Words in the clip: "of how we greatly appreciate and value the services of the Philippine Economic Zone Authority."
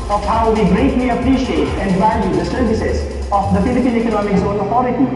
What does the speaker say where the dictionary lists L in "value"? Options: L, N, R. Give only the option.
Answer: N